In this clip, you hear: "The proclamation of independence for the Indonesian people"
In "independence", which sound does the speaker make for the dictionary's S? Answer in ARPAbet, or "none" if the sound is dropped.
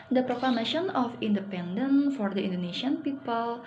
none